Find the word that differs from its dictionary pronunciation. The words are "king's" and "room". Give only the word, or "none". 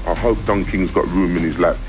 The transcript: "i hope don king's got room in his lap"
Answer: none